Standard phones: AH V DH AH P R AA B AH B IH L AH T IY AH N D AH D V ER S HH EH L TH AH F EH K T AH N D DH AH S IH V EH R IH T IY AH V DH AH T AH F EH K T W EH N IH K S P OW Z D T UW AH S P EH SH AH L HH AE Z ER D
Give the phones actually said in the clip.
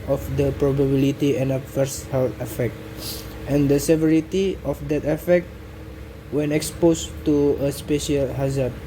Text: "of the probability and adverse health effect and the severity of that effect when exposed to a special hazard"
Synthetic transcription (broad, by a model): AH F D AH P R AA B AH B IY L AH T IY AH N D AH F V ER S HH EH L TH AH F EH K T AH N D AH S IH V EH R IH T IY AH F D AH T AH F EH K T W EH N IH K S P OW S T UW AH S P EH SH AH L HH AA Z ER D